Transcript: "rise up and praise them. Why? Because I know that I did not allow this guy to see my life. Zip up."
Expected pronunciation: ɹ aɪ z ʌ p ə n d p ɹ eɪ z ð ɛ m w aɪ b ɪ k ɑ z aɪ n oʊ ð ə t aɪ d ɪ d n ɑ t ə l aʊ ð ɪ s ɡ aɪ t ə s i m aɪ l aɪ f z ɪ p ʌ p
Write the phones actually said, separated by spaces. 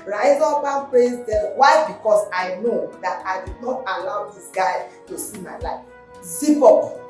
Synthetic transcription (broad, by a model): ɹ aɪ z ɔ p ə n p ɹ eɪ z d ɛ w aɪ b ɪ k ɑ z aɪ n oʊ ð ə t aɪ d ɪ d n ɑ t ə l aʊ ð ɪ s ɡ aɪ t ə s i m aɪ l aɪ f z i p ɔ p